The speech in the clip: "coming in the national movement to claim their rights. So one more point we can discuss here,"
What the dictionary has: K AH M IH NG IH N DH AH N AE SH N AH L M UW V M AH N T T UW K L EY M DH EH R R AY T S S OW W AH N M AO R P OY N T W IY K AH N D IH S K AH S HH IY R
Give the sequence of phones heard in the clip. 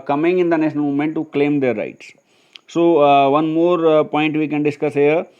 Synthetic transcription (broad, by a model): K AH M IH NG IH N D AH N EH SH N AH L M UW M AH N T T UW K L EY M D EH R R AY T S S OW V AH N M AO R P OY N T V IY K AH N D IH S K AH S HH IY R